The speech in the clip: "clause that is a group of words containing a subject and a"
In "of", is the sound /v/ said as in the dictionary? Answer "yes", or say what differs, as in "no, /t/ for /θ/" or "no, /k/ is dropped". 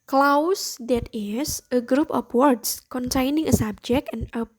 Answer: no, /p/ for /v/